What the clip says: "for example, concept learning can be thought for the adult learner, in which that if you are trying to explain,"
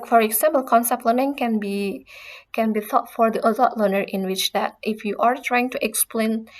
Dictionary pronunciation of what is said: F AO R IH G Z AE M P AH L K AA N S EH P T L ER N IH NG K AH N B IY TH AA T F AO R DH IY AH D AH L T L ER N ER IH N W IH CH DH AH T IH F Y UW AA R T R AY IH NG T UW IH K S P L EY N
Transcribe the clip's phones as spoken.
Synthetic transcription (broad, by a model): F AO R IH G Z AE M P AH L K AA N S EH P T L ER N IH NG K AH N B IY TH AA T F AO R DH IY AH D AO T L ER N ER IH N W IH CH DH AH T IH F Y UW AA R T R AY IH NG T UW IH K S P L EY N